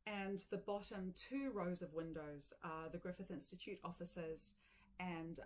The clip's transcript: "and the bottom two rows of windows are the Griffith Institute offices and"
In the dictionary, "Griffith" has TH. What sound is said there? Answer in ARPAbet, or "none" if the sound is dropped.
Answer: TH